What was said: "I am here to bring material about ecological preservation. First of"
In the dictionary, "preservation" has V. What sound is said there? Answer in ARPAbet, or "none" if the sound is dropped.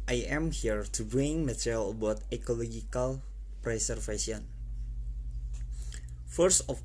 F